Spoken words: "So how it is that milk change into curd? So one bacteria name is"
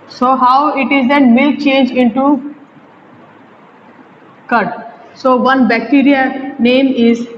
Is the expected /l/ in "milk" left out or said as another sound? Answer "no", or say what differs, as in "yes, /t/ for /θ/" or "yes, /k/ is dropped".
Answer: yes, /l/ is dropped